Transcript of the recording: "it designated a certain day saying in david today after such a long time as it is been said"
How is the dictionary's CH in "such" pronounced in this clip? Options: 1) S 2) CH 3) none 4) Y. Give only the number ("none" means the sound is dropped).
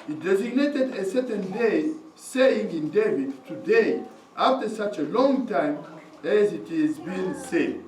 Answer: 2